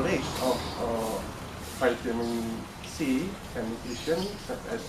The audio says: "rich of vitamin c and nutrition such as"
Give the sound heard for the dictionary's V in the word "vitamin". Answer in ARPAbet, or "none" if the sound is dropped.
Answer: F